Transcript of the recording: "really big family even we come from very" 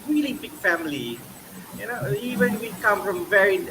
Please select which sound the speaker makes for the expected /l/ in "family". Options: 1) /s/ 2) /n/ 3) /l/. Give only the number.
2